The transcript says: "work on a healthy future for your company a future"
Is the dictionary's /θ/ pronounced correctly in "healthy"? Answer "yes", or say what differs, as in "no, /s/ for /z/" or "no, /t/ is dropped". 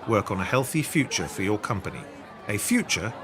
yes